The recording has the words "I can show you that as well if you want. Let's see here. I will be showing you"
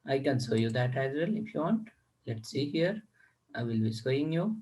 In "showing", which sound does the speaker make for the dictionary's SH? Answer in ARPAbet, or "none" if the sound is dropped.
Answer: S